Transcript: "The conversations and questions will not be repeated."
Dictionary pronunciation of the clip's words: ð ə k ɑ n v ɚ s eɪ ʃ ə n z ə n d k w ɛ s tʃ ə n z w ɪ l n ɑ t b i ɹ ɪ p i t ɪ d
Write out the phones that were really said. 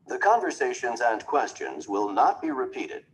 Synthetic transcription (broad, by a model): ð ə k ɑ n v ɚ s eɪ ʃ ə n z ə n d k w ɛ s tʃ ə n z w ɪ l n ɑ t b i ɹ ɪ p i t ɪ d